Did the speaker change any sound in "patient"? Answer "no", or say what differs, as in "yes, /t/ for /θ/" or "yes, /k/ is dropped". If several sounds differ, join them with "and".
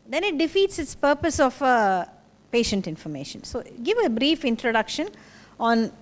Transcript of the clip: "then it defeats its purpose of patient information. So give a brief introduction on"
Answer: no